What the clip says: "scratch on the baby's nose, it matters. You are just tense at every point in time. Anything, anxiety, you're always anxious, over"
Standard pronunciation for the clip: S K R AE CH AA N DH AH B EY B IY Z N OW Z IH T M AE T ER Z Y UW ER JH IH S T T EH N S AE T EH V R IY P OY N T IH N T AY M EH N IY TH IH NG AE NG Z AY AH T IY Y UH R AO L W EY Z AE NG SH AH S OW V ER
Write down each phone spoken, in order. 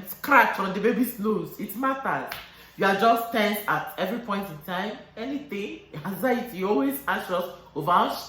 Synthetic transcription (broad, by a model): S K R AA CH AA N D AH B EY B IY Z N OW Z IH T M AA T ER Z Y UW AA JH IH S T T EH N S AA T EH V R IY P OY N T IH N T AY M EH N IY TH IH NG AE Z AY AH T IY AO L W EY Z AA SH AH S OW V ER